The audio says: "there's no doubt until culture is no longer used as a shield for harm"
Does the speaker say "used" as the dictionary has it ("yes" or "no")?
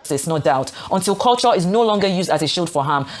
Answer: yes